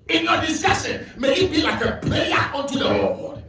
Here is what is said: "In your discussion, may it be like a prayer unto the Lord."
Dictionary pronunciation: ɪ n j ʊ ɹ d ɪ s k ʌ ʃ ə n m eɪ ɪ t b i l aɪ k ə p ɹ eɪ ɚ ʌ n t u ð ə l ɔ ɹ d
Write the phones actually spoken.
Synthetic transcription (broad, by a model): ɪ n j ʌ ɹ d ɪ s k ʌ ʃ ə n m eɪ ɪ t b i l aɪ k ə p l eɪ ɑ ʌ n t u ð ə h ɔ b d